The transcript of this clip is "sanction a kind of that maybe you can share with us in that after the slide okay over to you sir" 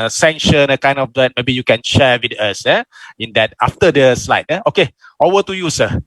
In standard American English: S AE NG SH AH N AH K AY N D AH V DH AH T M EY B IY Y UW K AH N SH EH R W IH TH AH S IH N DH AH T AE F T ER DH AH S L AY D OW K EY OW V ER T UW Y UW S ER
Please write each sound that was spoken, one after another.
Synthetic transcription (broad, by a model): S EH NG SH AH N AH K AY N D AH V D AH T M EY B IY Y UW K AH N SH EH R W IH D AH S IH N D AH T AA F T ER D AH S L AY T OW K EY OW ER T UW Y UW S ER